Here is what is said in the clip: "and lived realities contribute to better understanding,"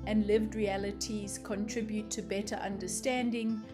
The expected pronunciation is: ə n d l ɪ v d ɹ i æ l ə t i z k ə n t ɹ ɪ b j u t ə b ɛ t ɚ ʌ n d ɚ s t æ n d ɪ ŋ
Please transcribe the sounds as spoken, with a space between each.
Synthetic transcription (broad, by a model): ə n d l ɪ v d ɹ i æ l ə t i z k ə n t ɹ ɪ b j u t ə b ɛ t ɚ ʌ n d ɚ s t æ n d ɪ ŋ